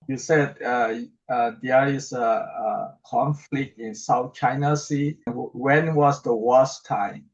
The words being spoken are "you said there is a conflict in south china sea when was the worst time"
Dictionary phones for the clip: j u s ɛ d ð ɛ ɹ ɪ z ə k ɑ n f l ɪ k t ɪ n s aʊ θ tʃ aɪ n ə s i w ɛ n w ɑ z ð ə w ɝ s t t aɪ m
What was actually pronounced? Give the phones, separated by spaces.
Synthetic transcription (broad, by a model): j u s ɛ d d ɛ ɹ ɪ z ə k ɑ n f l ɪ k t ɪ n s aʊ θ tʃ aɪ n ə s i w ɛ n w ɑ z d ə w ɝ s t t aɪ m